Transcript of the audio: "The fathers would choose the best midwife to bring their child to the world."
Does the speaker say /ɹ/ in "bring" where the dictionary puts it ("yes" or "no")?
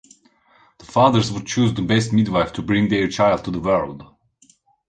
yes